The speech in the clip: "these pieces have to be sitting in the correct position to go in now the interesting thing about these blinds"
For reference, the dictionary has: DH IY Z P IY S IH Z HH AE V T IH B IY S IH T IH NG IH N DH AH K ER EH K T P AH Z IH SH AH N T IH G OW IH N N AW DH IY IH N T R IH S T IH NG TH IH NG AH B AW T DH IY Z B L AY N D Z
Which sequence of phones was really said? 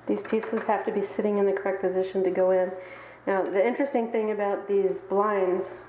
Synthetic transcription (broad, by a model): DH IY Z P IY S IH Z HH AE F T IH B IY S IH T IH NG IH N DH AH K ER EH K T P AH Z IH SH N T IH G OW IH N N AW DH IY IH N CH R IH S T IH NG TH IH NG AH B AW T DH IY Z B L AY N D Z